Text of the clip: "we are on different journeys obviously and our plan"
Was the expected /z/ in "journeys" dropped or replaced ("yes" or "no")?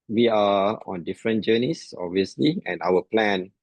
yes